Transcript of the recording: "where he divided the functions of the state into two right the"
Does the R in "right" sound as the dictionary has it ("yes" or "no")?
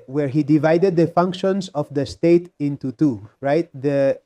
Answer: yes